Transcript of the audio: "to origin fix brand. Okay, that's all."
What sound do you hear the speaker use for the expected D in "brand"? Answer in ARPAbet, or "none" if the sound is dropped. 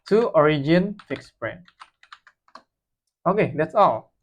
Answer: none